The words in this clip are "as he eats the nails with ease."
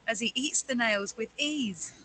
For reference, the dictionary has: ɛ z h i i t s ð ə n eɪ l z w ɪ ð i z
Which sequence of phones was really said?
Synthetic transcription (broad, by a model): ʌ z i i t s ð ə n eɪ l z w ɪ ð i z